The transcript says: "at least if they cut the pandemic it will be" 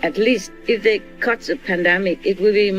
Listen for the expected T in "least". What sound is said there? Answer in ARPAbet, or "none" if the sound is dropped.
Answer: T